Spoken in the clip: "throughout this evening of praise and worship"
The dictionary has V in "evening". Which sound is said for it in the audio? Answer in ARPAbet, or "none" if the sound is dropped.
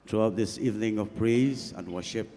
V